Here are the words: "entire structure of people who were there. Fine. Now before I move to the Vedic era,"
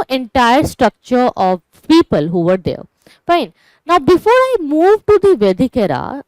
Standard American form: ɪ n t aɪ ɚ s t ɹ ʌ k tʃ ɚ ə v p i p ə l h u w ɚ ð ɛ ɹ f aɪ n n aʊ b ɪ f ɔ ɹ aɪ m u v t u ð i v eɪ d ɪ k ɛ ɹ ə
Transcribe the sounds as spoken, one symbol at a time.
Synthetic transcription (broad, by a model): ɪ n t aɪ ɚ s t ɹ ʌ k tʃ ɚ ə v p i p ə l h u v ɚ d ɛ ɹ f aɪ n n aʊ b ɪ f ɔ ɹ aɪ m u v t u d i v eɪ d ɪ k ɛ ɹ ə